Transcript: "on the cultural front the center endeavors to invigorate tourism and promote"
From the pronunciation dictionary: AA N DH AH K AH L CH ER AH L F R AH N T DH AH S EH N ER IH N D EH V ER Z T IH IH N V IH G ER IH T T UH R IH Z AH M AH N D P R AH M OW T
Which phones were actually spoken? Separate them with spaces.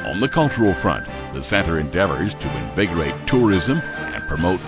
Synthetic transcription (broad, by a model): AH N DH AH K AH L CH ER L F R AH N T DH AH S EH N ER IH N D EH V ER Z T IH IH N V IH G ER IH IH T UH R IH Z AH M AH N P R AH M OW T